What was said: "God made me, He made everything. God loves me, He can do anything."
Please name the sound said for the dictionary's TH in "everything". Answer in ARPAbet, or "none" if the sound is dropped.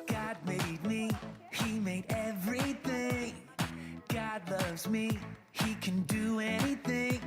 TH